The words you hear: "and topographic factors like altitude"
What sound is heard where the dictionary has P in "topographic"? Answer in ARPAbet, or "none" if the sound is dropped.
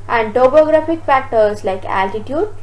B